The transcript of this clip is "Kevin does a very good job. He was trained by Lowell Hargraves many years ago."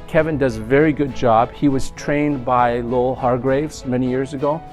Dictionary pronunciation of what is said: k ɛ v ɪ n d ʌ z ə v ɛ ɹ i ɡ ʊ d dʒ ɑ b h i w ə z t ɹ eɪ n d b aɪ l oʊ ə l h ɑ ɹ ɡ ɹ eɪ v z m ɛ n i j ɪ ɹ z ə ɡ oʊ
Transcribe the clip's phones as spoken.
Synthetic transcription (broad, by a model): k ɛ v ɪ n d ʌ z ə v ɛ ɹ i ɡ ʊ d dʒ ɑ b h i w ə z t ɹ eɪ n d b aɪ l oʊ ə l h ɑ ɹ ɡ ɹ eɪ v z m ɛ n i j ɪ ɹ z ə ɡ oʊ